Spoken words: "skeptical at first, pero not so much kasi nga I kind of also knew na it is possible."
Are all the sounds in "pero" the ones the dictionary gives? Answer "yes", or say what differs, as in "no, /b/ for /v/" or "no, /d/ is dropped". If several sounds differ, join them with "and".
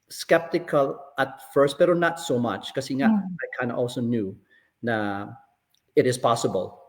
no, /b/ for /p/